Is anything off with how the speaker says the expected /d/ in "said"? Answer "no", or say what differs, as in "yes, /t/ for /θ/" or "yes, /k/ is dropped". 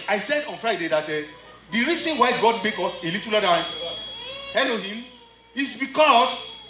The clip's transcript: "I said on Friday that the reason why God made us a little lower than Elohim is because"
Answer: no